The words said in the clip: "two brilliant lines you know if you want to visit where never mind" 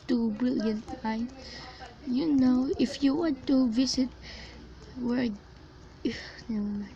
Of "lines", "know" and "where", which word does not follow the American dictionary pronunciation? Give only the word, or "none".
lines